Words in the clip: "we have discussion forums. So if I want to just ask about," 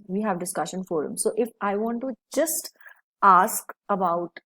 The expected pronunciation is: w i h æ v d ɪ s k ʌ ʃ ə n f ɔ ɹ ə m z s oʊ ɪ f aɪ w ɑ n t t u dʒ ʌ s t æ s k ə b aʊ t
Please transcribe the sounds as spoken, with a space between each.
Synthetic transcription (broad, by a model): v i h æ v d ɪ s k ʌ ʃ ə n f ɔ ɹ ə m s oʊ ɪ f aɪ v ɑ n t t u dʒ ʌ s t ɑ s k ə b aʊ t